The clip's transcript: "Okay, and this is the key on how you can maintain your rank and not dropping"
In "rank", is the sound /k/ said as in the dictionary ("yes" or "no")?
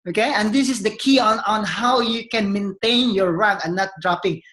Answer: no